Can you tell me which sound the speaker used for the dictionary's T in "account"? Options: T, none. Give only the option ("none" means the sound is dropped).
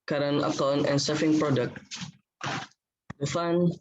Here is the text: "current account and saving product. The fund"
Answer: none